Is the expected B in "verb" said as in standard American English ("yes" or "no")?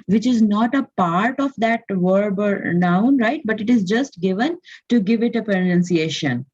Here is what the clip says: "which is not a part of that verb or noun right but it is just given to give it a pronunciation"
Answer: yes